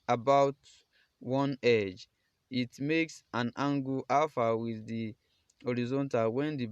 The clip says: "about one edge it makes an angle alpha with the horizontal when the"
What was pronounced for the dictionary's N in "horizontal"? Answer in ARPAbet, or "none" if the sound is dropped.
N